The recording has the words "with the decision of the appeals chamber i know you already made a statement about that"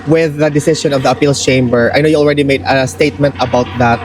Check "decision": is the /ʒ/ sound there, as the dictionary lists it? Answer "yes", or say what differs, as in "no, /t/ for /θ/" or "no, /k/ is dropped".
no, /s/ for /ʒ/